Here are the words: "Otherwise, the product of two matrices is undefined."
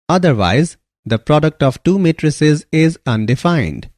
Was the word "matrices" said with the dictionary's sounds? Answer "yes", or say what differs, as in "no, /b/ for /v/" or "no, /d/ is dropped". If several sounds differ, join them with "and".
yes